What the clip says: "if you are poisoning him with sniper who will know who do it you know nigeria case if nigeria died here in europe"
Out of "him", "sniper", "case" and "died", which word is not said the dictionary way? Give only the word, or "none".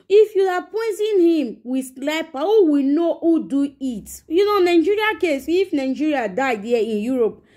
sniper